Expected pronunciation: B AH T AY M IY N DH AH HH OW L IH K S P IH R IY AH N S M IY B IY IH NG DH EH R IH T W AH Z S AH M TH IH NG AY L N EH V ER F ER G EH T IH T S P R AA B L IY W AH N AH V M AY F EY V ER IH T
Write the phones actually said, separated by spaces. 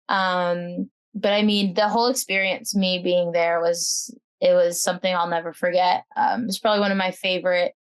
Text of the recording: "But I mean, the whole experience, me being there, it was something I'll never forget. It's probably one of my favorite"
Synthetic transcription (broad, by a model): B AH T AY M IY N DH AH HH OW L IH K S P IH R IY AH N S M IY B IY IH NG DH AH R IH T W AH Z S AH M TH IH NG AY L N EH V ER F ER G EH T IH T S P R AA B L IY W AH N AH V M AY F EY V ER IH T